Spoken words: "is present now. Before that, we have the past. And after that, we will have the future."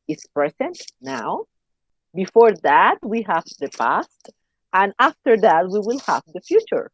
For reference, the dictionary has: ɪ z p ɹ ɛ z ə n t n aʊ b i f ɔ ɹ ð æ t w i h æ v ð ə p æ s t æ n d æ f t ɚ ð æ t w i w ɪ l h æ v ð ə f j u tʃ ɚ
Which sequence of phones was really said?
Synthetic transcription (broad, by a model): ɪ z p ɹ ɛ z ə n t n aʊ b i f ɔ ɹ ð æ t w i h æ v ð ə p æ s t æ n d æ f t ɚ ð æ t w i w ɪ l h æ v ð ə f j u tʃ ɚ